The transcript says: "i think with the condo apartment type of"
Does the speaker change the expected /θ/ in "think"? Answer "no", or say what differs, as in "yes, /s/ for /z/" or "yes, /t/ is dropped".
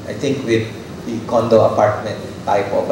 yes, /t/ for /θ/